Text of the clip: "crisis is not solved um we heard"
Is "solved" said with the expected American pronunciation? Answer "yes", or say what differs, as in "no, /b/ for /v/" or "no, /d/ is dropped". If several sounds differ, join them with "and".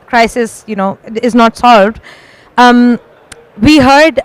yes